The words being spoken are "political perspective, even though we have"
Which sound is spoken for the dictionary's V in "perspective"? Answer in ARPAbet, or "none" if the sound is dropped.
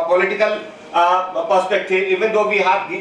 none